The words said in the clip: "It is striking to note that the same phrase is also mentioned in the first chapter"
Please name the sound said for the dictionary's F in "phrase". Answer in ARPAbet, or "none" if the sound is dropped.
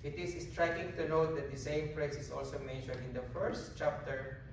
P